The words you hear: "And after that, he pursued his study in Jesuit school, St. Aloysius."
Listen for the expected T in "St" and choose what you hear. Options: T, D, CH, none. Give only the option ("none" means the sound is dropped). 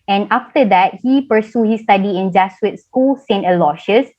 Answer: T